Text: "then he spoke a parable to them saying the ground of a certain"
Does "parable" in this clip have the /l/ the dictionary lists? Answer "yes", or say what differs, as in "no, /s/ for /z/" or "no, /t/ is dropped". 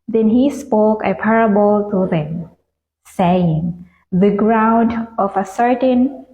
yes